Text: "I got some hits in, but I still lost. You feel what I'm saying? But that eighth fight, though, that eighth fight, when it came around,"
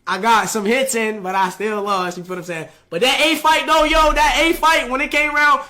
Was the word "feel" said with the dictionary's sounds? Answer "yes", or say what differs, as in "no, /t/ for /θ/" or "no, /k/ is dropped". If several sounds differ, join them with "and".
no, /p/ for /f/